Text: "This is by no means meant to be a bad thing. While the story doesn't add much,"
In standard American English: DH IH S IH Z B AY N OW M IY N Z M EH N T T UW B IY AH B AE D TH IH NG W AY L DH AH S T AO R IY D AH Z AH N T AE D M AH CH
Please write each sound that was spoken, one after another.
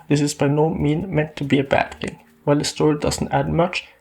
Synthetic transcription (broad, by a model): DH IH S IH Z B AY N OW M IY N M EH N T T UW B IY AH B AE D TH IH NG W AY L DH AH S T AO R IY D AH Z AH N T AE D M AH CH